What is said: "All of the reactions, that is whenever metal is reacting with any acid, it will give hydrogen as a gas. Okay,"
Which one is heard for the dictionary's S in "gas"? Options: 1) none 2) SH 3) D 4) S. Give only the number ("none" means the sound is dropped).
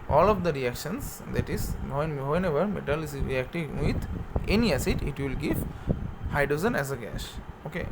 2